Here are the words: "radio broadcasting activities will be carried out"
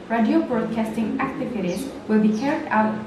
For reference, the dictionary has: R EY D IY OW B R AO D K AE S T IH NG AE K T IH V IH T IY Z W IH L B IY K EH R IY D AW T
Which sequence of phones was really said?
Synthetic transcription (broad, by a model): R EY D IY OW B R AO D K AE S T IH NG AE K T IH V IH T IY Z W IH L B IY K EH R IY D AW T